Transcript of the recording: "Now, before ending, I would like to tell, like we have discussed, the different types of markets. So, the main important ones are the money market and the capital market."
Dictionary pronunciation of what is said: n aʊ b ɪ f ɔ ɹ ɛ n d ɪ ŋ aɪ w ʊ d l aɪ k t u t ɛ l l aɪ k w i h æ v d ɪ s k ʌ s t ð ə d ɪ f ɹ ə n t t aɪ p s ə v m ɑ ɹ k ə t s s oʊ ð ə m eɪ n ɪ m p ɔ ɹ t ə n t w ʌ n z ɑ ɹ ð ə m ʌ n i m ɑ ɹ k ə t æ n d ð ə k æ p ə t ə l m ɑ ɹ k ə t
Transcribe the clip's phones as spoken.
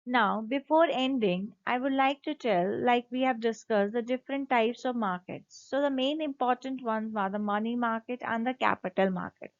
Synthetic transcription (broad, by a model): n aʊ b ɪ f ɔ ɹ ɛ n d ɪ ŋ aɪ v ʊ d l aɪ k t u t ɛ l l aɪ k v i h æ v d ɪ s k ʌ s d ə d ɪ f ɹ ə n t t aɪ p s ə v m ɑ ɹ k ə t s s oʊ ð ə m eɪ n ɪ m p ɔ ɹ t ə n t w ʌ n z ɑ ɹ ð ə m ʌ n i m ɑ ɹ k ə t æ n d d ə k æ p ə t ə l m ɑ ɹ k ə t